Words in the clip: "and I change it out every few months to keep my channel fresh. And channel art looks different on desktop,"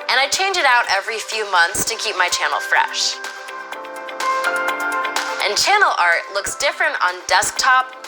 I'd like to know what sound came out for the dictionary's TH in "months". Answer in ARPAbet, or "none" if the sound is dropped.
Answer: TH